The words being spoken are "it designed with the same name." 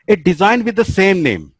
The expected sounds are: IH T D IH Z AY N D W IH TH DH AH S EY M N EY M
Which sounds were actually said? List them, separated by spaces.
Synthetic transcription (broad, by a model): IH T D IH Z AY N D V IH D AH S EY M N EY M